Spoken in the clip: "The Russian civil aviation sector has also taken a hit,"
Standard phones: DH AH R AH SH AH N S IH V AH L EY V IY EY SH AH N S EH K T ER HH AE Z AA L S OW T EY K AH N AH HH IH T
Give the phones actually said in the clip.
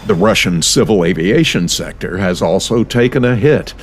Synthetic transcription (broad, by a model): DH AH R AH SH AH N S IH V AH L EY V IY EY SH AH N S EH K T ER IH Z AA L S OW T EY K AH N AH HH IH T